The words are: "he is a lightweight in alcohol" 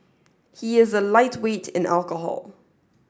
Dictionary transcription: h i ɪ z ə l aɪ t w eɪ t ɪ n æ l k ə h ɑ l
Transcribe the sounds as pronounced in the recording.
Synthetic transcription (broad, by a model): h i ɪ z ə l aɪ t w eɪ t ɪ n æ l k ə h ɑ l